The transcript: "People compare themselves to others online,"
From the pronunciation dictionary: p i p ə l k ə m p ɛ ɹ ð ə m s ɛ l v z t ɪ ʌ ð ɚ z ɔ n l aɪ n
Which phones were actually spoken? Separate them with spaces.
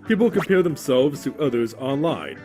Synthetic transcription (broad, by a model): p i p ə l k ə m p ɛ ɹ ð ə m s ɛ l v z t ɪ ʌ ð ɚ z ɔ n l aɪ n